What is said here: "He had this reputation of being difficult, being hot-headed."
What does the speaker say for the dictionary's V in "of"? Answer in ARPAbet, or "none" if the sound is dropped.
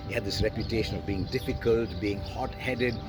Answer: V